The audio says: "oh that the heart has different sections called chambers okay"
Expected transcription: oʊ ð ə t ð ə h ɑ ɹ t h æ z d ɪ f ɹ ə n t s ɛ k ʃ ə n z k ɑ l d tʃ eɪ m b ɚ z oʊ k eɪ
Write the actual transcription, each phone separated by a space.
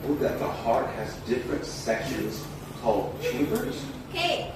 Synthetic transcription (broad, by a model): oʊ ð ə t ð ə h ɑ ɹ t h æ z d ɪ f ɹ ə n t s ɛ k ʃ ə n z k ɑ l d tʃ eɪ b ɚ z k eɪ